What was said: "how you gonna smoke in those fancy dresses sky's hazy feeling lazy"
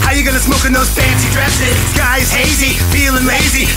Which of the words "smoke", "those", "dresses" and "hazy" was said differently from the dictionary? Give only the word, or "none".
none